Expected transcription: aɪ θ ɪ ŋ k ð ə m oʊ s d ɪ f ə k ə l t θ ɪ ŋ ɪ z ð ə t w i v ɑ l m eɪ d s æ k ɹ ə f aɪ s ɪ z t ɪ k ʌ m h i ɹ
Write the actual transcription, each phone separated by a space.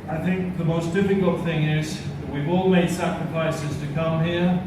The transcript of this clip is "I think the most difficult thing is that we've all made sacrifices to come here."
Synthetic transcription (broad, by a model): aɪ θ ɪ ŋ k ð ə m oʊ s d ɪ f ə k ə l t θ ɪ ŋ ɪ z ð ə t w i v ɑ l m eɪ d s æ k ɹ ə f aɪ s ɪ z t ɪ k ʌ m h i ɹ